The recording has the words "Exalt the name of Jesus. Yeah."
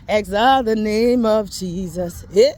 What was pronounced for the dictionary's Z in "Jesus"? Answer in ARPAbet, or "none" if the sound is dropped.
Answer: Z